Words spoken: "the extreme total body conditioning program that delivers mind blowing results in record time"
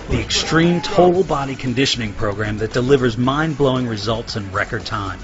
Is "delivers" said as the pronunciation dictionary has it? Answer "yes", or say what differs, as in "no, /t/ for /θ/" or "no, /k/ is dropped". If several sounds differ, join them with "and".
yes